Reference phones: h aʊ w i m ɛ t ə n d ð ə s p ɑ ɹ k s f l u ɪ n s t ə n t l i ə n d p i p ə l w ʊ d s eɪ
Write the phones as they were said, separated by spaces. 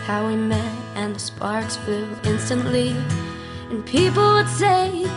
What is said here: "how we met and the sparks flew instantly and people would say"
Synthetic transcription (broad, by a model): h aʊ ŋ m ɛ t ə n ð ə s p ɑ ɹ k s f u ɪ n s t ə n t l i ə n p i p l w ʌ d s eɪ